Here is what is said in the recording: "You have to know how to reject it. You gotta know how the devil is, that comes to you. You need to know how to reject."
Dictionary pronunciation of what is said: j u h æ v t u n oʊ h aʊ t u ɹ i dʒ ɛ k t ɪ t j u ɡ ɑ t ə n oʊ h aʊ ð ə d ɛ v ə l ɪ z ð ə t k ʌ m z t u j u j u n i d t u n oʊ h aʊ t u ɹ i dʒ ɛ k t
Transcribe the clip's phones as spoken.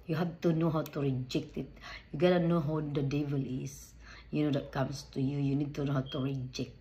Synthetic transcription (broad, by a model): j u h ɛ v t u n oʊ h aʊ t u ɹ i dʒ ɛ k t ɪ t j u ɡ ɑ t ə n oʊ h aʊ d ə d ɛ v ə l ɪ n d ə t k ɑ m s t u j u j u n i d t u n oʊ h aʊ t u ɹ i dʒ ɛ k t